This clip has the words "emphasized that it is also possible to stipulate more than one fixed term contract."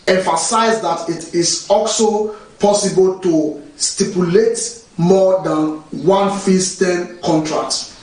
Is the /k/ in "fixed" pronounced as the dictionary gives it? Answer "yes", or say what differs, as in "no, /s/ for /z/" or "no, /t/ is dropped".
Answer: no, /k/ is dropped